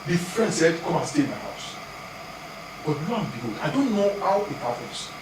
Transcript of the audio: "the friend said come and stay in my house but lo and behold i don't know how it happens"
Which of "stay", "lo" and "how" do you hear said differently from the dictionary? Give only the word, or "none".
lo